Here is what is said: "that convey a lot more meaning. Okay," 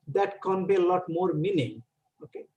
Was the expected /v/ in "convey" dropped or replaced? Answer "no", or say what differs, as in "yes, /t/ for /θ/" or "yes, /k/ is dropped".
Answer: yes, /b/ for /v/